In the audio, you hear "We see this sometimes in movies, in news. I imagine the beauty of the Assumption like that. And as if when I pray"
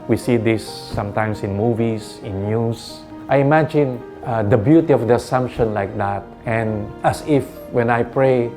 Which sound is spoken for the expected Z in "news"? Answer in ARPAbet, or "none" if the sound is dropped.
S